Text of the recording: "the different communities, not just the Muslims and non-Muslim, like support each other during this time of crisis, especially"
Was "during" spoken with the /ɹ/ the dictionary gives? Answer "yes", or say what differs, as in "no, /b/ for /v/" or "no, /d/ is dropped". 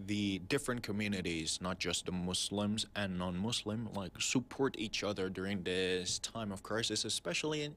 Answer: yes